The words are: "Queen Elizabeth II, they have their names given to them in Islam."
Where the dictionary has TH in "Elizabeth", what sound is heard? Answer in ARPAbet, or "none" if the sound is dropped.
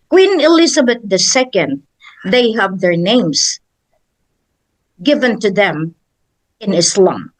S